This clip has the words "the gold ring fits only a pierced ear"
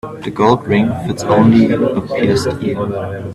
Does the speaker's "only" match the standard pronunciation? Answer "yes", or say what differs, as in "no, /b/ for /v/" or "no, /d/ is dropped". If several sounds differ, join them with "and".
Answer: yes